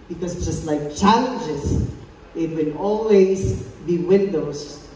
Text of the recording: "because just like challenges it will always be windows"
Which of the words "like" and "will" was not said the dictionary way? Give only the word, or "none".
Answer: will